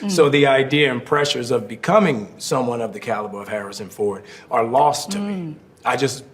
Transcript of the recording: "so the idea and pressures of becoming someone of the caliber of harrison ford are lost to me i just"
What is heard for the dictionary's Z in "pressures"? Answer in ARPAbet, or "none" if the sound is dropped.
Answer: Z